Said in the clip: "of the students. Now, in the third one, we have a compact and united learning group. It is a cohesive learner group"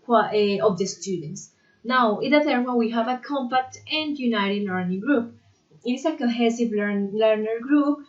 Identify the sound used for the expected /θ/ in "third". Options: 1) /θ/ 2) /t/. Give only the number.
2